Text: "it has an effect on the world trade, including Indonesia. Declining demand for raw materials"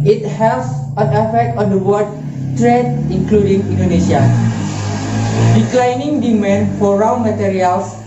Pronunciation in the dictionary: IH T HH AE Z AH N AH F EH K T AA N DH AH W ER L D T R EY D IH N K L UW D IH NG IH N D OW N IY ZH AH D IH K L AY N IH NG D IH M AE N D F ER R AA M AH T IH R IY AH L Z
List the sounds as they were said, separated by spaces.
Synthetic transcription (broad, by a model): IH T HH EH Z AH N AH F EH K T AA N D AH W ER D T R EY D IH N K L UW D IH NG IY N D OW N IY SH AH D IH K L AY N IH NG D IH M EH N F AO R AA M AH T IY R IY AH L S